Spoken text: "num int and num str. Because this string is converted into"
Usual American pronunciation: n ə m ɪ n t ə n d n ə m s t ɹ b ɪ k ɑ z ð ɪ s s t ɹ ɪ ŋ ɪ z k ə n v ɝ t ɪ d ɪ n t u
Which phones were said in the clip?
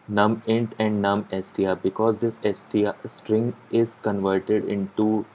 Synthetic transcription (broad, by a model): n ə m ɪ n t ə n d n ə m s t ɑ b ɪ k ɑ z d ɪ s s t ɹ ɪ ŋ ɪ z k ə n v ɝ t ɪ d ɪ n t u